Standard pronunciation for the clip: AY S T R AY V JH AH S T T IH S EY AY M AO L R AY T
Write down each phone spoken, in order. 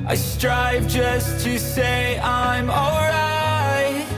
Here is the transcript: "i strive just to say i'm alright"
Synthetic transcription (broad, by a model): AY S T R AY V JH AH S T T IH S EY AY M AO L R AY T